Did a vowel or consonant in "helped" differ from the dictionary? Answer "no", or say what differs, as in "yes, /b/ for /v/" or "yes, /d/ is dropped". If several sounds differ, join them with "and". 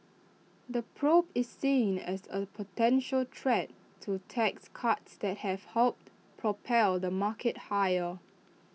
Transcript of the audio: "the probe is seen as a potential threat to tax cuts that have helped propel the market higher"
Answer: no